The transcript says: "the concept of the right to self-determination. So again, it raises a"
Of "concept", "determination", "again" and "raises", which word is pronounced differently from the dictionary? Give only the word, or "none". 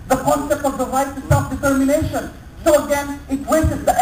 raises